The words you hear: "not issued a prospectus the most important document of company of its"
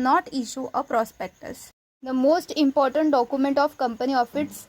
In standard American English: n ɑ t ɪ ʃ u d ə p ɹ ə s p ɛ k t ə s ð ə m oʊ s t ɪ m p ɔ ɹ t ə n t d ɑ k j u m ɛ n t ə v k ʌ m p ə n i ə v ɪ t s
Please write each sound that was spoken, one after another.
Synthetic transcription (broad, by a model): n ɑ t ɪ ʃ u ə p ɹ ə s p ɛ k t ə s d ə m oʊ s t ɪ m p ɔ ɹ t ə n t d ɑ k j u m ɛ n t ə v k ʌ m p ə n i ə f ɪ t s